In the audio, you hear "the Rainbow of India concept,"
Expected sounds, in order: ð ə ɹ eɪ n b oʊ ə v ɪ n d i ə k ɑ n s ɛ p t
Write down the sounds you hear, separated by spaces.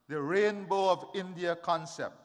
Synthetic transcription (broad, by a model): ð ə ɹ eɪ n b oʊ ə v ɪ n d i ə k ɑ n s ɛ p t